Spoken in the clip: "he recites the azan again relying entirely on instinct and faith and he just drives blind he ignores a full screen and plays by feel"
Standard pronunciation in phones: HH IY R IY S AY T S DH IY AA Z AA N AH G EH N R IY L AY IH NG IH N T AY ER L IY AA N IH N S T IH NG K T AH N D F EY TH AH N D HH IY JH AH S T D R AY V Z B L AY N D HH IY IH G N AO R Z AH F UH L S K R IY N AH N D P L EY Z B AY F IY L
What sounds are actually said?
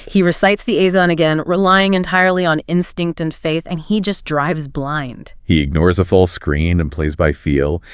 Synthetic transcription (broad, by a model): HH IY R IY S AY T S DH IY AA Z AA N AH G EH N R IY L AY IH NG IH N T AY ER L IY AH N IH N S T IH NG K T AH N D F EY TH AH N IY JH AH S D R AY V Z B L AY N D HH IY IH G N AO R Z AH F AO L S K R IY N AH N P L EY Z B AY F IY L